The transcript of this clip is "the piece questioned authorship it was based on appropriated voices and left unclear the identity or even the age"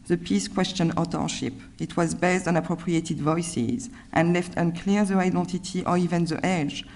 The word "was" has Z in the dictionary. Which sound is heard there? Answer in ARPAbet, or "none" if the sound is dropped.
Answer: Z